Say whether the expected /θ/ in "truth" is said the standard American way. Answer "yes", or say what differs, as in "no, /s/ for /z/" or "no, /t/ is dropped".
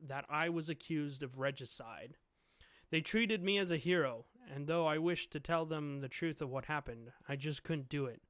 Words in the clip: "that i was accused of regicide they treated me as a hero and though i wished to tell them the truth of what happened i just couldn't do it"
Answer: yes